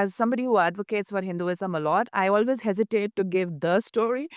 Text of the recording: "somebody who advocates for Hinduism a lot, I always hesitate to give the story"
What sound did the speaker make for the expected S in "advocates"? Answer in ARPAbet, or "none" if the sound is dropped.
S